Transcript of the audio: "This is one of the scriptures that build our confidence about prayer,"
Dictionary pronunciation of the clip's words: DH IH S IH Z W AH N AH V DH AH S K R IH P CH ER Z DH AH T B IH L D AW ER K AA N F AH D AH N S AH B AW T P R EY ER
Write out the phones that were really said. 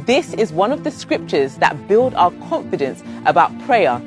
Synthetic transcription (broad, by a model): DH IH S IH Z W AH N AH V DH AH S K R IH P CH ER Z DH AH T B IH L D AW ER K AA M F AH D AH N S AH B AW T P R EY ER